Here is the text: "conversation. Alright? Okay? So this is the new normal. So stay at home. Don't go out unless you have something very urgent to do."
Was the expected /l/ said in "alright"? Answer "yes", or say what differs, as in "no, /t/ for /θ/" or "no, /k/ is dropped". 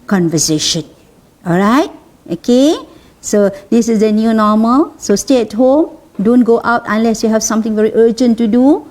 yes